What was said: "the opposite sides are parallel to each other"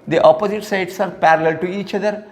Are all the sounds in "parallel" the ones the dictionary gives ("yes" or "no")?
yes